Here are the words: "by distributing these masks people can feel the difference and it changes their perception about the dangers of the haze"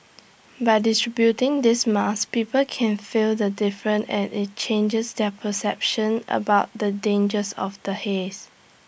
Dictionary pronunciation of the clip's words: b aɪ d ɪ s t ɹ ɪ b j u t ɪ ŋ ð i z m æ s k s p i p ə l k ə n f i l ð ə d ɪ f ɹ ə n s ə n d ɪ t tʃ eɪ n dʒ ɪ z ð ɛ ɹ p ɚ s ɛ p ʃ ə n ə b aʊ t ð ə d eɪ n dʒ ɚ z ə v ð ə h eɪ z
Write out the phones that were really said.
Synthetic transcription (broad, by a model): b aɪ d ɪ s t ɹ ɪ b j u t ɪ ŋ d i s m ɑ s s p i p ə l k ə n f i l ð ə d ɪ f ɹ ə n ə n ɪ t tʃ eɪ n dʒ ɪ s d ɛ p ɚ s ɛ p ʃ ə n ə b aʊ t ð ə d eɪ n dʒ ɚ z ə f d ə h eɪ s